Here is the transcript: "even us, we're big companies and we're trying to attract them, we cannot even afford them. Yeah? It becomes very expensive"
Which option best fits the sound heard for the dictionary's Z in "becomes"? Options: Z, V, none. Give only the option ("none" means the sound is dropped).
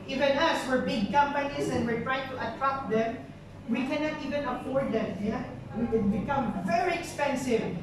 none